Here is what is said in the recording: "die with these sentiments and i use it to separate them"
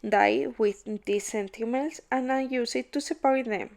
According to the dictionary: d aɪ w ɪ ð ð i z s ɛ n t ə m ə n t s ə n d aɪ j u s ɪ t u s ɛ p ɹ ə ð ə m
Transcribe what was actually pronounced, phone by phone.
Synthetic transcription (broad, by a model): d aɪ w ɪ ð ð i s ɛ n t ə m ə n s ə n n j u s ɪ t u s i p w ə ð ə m